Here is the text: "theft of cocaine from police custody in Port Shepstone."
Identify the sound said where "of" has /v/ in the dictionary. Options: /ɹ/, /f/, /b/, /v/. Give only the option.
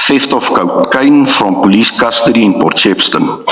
/f/